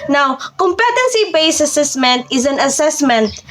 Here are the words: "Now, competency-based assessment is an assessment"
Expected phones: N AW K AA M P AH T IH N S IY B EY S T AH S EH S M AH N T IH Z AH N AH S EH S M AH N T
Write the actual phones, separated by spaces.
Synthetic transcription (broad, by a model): N AW K AA M P AH T IH N S IY B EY S AH S EH S M AH N T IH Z AH N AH S EH S M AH N T